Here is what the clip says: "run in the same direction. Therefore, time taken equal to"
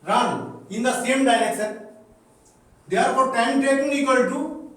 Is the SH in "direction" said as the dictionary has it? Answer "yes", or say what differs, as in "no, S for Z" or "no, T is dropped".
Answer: no, S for SH